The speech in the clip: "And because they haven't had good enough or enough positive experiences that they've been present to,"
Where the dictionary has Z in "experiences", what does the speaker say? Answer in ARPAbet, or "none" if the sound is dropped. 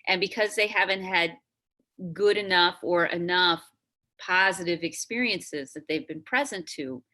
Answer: Z